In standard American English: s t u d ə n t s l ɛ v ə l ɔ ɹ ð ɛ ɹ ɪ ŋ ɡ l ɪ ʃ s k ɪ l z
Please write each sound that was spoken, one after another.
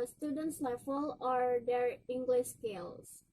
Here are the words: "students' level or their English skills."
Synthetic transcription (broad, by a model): s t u d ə n t s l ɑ f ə l ɔ ɹ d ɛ ɹ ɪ ŋ ɡ l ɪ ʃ s k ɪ l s